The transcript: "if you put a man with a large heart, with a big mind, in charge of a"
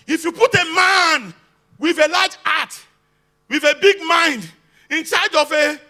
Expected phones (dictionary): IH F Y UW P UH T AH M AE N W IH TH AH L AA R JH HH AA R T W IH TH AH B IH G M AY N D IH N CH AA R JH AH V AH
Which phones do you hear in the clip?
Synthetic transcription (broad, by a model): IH F Y UW P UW T AH M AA N W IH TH AH L AA JH AA T W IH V AH B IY G M AY N D IH N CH AA JH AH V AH